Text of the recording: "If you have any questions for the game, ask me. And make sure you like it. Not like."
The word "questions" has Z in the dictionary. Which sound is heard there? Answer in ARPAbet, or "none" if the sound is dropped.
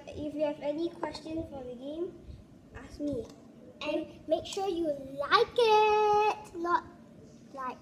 none